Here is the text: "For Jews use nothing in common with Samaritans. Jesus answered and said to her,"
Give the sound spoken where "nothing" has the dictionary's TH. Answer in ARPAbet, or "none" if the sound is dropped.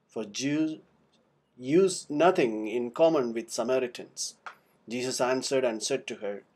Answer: T